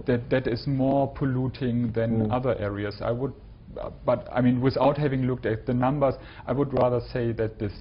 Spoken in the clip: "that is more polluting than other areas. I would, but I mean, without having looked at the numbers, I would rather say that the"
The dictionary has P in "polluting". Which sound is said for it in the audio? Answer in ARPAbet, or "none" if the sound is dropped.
P